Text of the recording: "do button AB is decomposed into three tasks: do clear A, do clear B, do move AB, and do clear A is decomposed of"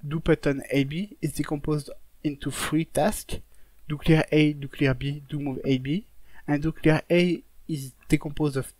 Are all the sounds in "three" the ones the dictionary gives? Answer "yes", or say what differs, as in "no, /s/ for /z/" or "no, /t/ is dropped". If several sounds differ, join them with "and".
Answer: no, /f/ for /θ/